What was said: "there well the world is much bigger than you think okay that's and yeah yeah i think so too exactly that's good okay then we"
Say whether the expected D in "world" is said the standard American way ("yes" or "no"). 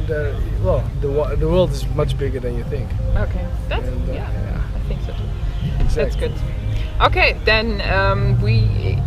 yes